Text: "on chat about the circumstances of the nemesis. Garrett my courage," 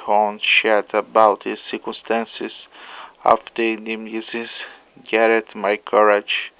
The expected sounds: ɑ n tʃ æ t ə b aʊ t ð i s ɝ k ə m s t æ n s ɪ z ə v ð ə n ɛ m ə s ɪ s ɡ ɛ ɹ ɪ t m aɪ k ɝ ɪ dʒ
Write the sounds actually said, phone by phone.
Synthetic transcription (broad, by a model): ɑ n ʃ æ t ə b aʊ t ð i s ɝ k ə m s t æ n s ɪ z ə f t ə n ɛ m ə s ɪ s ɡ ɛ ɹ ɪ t m aɪ k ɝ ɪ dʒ